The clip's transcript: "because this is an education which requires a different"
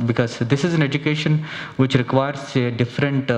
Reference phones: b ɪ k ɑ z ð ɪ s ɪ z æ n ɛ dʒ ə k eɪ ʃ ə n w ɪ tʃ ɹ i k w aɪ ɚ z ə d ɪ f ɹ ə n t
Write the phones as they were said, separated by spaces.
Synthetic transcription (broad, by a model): b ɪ k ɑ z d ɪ s ɪ z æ n ɛ dʒ ə k eɪ ʃ ə n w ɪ tʃ ɹ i k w aɪ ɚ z ə d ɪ f ɹ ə n t